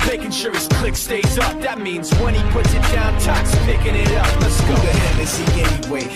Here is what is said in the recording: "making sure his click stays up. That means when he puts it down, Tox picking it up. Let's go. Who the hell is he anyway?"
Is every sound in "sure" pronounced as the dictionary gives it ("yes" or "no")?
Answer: no